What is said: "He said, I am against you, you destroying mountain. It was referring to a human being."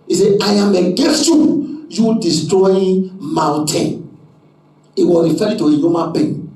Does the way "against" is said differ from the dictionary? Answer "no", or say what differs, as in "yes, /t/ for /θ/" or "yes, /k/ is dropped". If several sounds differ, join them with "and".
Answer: yes, /n/ is dropped